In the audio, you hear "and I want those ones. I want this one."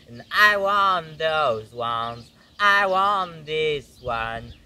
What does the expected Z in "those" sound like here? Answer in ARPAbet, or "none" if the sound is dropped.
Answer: Z